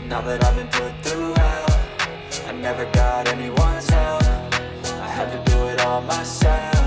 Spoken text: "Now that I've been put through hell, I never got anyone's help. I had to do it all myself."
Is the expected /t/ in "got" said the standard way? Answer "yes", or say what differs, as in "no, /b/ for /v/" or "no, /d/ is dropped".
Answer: yes